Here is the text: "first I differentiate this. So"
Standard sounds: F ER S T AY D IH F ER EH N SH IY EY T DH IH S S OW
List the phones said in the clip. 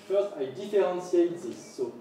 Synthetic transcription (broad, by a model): F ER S T AY D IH F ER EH N S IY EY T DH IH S S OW